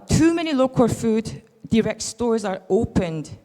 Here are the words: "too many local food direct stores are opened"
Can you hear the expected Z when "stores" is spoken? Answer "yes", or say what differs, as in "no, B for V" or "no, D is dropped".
yes